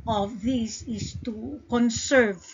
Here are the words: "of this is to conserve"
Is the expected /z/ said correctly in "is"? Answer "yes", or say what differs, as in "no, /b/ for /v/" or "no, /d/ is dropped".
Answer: no, /s/ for /z/